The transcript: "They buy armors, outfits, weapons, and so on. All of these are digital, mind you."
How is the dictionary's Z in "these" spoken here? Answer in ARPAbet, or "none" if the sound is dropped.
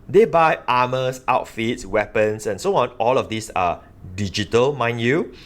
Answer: S